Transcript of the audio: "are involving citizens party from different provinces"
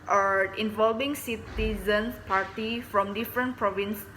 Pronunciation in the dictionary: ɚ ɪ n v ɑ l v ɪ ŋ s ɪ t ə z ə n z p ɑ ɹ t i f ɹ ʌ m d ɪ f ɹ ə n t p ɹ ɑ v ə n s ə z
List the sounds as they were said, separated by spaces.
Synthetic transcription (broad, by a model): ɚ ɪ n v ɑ l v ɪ ŋ s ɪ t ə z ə n s p ɑ ɹ t i f ɹ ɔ m d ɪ f ɹ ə n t p ɹ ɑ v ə n s